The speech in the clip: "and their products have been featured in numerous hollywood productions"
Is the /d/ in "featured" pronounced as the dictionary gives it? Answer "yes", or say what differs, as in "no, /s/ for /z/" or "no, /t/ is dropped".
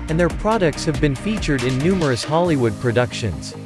yes